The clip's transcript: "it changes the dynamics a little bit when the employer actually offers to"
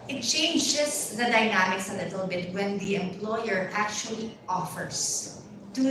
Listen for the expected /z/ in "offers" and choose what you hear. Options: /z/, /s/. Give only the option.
/s/